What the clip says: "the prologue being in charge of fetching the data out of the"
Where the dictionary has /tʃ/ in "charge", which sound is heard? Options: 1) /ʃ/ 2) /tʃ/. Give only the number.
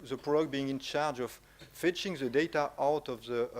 2